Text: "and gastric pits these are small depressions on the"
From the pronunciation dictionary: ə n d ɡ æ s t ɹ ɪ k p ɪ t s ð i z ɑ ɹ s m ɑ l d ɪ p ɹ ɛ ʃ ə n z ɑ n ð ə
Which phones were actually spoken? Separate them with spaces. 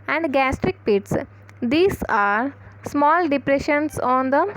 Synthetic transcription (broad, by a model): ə n d ɡ æ s t ɹ ɪ k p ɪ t s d i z ɑ ɹ s m ɑ l d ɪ p ɹ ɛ ʃ ə n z ɑ n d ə